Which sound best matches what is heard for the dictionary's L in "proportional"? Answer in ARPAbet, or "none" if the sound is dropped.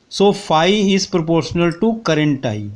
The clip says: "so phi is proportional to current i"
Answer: L